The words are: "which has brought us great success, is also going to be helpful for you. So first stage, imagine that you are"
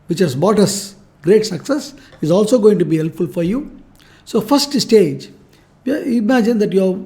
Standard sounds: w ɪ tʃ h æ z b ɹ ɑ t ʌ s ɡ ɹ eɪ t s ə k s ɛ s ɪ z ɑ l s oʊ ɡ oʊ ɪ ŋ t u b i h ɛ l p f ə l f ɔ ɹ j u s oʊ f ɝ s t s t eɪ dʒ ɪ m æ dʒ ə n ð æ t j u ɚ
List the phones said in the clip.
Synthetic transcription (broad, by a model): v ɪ tʃ h æ z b ɑ t ʌ s ɡ ɹ eɪ t s ə k s ɛ s ɪ z ɑ l s oʊ ɡ oʊ ɪ ŋ t u b i h ɛ l p f ə l f ɔ ɹ j u s oʊ f ɝ s t s t eɪ dʒ ɪ m æ dʒ ə n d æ t j u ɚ